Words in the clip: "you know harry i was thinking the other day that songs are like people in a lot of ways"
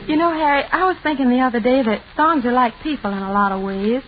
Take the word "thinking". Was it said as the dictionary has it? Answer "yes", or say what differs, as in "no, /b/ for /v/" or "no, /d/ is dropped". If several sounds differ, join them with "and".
yes